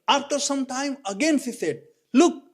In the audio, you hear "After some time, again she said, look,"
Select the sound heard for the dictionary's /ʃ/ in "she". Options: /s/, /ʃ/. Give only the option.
/s/